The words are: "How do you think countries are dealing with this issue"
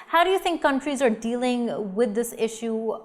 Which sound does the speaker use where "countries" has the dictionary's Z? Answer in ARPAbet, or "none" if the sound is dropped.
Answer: Z